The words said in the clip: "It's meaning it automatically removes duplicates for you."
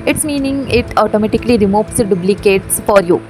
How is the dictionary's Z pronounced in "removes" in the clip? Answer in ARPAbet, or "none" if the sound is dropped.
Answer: S